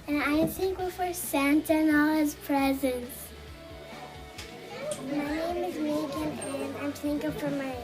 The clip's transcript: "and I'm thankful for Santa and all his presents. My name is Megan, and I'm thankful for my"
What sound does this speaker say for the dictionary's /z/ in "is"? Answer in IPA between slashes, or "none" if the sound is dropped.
/z/